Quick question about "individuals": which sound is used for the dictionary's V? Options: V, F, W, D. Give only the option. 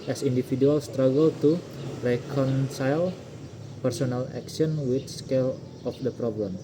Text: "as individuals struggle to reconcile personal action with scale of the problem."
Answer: F